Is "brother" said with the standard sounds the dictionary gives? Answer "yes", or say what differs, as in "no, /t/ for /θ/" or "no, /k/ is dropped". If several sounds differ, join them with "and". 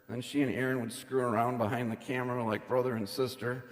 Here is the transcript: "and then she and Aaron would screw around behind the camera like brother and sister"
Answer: yes